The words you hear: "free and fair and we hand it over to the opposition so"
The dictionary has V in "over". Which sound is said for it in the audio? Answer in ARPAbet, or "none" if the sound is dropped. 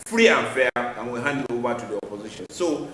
B